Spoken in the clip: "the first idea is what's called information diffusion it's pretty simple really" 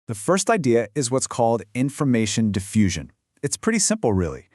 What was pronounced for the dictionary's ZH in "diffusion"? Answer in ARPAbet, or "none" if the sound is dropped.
ZH